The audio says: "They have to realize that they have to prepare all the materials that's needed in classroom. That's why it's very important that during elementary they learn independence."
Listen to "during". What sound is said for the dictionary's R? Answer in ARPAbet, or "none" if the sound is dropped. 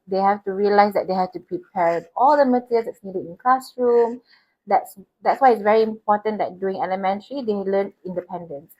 none